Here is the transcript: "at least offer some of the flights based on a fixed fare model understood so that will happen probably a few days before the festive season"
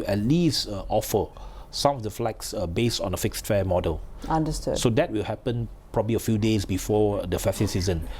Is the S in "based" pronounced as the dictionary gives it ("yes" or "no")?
yes